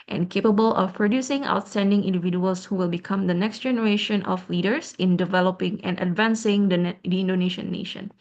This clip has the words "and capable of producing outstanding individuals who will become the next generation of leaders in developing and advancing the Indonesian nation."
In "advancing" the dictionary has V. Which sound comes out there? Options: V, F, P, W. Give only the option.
V